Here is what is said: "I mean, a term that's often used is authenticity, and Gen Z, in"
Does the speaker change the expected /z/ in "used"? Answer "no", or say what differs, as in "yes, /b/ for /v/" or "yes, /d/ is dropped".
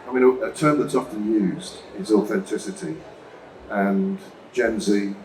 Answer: no